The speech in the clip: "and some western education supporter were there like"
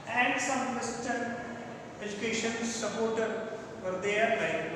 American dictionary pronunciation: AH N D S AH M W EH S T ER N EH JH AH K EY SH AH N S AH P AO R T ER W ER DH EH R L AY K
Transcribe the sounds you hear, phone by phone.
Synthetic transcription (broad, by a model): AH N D S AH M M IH S T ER EH JH AH K EY SH AH N S AH P AO R T ER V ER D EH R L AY